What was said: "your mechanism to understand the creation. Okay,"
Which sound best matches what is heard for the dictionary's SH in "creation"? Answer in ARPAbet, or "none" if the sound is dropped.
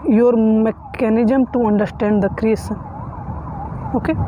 S